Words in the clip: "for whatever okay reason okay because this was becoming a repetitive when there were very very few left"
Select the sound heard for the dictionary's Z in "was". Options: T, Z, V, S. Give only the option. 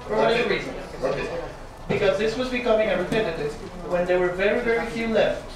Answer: Z